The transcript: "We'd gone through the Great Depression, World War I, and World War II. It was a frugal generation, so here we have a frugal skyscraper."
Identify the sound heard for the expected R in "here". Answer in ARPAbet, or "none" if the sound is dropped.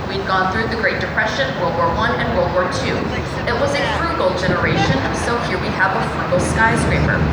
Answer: R